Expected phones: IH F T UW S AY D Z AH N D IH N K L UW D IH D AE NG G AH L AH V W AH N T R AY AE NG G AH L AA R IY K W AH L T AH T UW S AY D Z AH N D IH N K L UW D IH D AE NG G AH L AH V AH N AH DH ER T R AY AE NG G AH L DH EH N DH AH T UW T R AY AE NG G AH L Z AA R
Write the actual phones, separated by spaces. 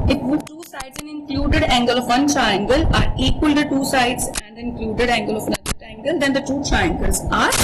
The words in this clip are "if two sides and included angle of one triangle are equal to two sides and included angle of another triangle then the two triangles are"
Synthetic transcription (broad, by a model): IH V T UW S AY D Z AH N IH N K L UW D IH D AE NG G AH L AH V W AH N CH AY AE NG G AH L AA R IY K W AH L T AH T UW S AY D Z AH N D IH N K L UW D IH D AE NG G AH L AH V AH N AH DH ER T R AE NG G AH L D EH N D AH T UW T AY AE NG G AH L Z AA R